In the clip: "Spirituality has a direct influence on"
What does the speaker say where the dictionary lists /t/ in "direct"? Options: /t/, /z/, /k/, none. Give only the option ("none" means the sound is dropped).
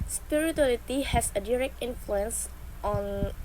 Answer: /t/